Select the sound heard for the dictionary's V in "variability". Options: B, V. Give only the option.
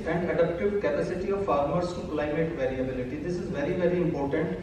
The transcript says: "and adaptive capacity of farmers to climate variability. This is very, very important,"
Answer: V